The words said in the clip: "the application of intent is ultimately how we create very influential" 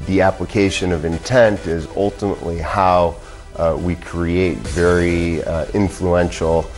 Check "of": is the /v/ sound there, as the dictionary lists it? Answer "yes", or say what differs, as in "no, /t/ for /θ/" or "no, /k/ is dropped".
yes